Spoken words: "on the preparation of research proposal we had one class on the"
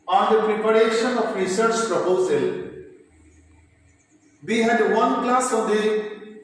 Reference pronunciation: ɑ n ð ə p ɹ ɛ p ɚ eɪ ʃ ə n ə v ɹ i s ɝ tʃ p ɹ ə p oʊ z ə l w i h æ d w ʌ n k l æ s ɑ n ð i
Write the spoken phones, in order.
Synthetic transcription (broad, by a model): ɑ n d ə p ɹ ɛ p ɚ eɪ ʃ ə n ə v ɹ i s ɝ tʃ p ɹ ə p oʊ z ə l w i h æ d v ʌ n k l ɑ s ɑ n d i